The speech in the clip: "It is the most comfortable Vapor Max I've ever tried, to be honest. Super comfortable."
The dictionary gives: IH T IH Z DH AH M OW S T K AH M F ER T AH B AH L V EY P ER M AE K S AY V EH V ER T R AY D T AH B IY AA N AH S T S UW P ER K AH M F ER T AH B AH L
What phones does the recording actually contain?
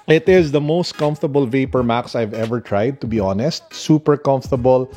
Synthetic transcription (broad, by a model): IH T IH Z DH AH M OW S T K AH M F T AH B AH L V EY P ER M AE K S AY V EH V ER T R AY D T AH B IY AA N AH S T S UW P ER K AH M F T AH B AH L